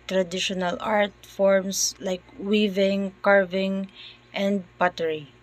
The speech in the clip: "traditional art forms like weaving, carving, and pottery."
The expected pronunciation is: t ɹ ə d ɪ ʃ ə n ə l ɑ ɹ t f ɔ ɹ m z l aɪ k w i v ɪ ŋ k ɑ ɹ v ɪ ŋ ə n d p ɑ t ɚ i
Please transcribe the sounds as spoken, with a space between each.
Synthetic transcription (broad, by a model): t ɹ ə d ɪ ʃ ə n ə l ɑ ɹ t f ɔ ɹ m s l aɪ k w i v ɪ ŋ k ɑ ɹ v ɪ ŋ ə n d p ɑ t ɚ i